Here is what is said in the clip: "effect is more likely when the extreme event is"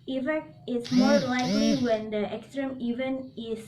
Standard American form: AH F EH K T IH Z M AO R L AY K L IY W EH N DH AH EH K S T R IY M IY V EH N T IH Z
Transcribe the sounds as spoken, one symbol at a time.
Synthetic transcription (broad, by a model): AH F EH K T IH S M AO R L AY K L IY W EH N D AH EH K S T R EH M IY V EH N IH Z